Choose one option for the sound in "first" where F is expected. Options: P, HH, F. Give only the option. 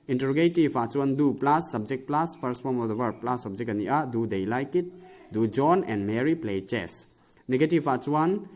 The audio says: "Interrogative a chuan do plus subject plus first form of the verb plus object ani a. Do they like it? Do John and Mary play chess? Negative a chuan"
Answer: P